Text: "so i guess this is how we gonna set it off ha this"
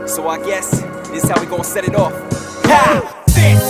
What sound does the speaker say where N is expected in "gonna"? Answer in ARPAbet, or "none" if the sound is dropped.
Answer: none